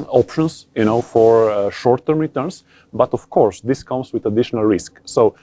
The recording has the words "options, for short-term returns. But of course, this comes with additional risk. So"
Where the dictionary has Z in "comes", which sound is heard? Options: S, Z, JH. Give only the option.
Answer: S